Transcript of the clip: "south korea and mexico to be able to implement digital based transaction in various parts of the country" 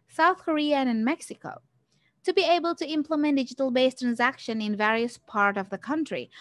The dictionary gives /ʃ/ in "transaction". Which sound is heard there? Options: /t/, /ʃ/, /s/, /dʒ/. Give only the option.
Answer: /ʃ/